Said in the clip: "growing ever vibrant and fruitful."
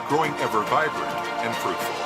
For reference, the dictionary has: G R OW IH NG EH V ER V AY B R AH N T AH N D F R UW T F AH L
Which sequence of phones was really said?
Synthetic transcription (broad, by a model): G R OW IH NG EH V ER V AY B R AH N AH N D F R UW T